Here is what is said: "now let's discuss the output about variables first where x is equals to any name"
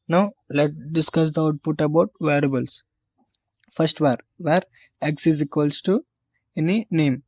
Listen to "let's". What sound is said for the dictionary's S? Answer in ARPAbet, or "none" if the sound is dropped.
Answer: none